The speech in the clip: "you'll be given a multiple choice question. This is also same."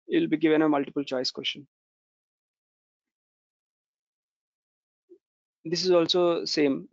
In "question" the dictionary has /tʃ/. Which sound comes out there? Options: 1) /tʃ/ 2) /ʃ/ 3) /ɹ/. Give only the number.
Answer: 2